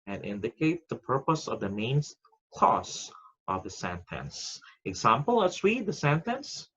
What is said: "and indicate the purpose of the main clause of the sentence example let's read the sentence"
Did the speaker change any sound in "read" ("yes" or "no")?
yes